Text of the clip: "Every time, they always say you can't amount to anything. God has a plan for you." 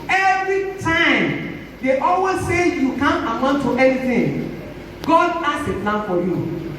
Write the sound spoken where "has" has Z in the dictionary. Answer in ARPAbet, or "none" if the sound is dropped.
S